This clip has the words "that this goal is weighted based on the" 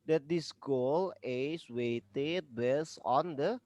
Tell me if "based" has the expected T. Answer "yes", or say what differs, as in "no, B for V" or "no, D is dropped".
no, T is dropped